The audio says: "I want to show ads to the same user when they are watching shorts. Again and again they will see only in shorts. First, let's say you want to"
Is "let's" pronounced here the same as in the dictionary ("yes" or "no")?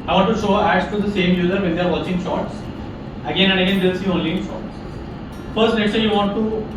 no